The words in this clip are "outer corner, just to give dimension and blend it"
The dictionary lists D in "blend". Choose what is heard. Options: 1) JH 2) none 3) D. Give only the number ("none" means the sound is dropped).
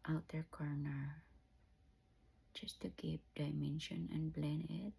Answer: 2